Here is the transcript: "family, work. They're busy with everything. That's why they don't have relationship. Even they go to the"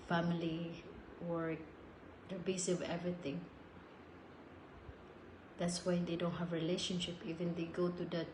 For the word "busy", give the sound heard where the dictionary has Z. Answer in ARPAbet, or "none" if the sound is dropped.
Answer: S